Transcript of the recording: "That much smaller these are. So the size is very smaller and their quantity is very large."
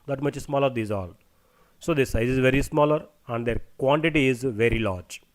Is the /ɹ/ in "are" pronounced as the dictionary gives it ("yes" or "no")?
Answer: no